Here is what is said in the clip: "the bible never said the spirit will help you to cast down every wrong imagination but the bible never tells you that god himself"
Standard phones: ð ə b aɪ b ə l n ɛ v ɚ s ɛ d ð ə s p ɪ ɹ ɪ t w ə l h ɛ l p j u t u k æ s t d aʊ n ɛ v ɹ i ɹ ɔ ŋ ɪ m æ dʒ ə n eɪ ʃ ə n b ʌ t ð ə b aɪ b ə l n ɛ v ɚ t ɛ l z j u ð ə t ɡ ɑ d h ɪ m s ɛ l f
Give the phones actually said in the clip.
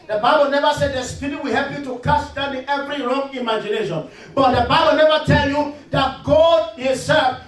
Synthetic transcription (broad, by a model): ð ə b aɪ b ə l n ɛ v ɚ s ɛ d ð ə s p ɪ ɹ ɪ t w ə h ɛ l p j u t u k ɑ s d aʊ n ɛ v ɹ i ɹ ɔ ŋ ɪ m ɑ dʒ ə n eɪ ʃ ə n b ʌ t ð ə b aɪ b ə l n ɛ v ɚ t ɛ l j u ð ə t ɡ ɑ d h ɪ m s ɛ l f